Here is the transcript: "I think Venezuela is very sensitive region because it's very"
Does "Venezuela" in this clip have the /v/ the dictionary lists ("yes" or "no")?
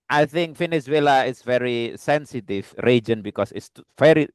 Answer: no